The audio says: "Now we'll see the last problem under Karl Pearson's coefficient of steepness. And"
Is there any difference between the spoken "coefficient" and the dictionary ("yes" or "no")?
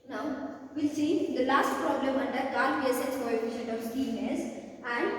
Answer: yes